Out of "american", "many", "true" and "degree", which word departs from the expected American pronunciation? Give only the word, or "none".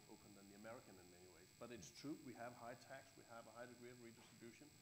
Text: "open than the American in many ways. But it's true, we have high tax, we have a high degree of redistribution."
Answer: none